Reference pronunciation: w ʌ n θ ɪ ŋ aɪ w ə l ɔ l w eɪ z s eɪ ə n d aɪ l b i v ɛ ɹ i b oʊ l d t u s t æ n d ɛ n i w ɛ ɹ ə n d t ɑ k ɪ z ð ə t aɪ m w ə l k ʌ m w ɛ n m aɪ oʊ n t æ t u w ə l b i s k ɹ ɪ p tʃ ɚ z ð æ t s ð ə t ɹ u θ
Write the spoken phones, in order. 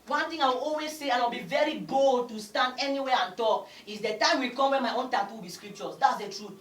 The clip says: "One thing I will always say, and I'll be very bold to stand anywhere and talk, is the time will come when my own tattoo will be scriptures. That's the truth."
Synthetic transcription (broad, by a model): w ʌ n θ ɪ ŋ aɪ w ə l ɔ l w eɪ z s eɪ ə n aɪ w b i v ɛ ɹ i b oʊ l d t u s t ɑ n d ɛ n i w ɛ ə n t ɑ k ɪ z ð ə t aɪ m w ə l k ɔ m w ɛ n m aɪ oʊ n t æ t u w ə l b i s k ɹ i p tʃ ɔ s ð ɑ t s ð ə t ɹ u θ